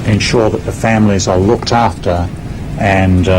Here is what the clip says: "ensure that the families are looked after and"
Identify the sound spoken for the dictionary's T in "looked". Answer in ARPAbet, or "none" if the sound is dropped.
T